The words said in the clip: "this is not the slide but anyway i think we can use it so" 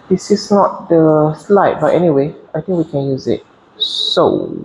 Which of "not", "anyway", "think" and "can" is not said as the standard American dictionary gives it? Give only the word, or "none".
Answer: think